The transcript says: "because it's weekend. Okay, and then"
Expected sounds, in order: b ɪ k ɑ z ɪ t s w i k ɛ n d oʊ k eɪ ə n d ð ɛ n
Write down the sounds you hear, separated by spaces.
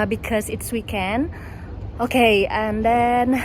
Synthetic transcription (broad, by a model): b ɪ k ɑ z ɪ t s w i k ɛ n oʊ k eɪ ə n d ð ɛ n